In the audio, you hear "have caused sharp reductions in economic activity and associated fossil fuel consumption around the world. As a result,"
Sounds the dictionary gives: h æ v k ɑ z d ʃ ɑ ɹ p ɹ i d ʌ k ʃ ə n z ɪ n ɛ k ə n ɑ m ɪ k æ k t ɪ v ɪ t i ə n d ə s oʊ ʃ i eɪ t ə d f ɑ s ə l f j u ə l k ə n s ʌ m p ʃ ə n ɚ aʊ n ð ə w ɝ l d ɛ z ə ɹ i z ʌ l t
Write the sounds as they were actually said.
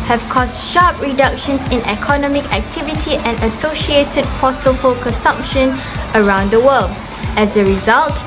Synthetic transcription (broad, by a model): h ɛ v k ɑ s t ʃ ɑ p ɹ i d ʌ k ʃ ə n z ɪ n ɛ k ə n ɑ m ɪ k æ k t ɪ v ɪ t i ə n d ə s oʊ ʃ i eɪ t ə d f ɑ s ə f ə l k ə n s ʌ m p ʃ ə n ɚ aʊ n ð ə w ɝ l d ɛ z ə ɹ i z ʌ l t